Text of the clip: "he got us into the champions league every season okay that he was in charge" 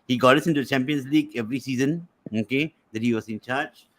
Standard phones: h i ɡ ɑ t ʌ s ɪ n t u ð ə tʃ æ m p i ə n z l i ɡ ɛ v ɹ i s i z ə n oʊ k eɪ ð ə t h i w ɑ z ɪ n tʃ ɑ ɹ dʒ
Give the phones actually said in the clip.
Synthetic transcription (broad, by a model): h i ɡ ɑ t ʌ s ɪ n t u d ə tʃ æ m p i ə n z l i ɡ ɛ v ɹ i s i z ə n oʊ k eɪ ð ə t h i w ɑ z ɪ n tʃ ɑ ɹ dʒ